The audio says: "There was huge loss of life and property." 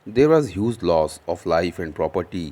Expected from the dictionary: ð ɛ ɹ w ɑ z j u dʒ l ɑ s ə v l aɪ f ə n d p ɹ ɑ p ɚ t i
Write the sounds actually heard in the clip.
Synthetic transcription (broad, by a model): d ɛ ɹ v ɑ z j u z l ɑ s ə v l aɪ f ə n d p ɹ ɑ p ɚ t i